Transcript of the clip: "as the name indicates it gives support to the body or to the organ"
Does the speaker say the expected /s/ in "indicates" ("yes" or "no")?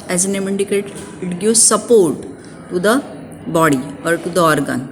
no